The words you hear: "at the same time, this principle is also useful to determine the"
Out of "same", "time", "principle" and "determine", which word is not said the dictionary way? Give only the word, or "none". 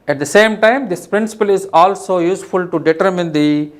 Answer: none